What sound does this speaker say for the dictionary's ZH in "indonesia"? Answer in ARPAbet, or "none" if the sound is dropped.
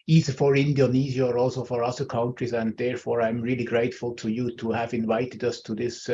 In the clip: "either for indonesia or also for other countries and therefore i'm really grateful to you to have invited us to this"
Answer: Z